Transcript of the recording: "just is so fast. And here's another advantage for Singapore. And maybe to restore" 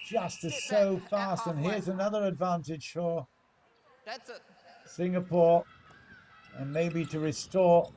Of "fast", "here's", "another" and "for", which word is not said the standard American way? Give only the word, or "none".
none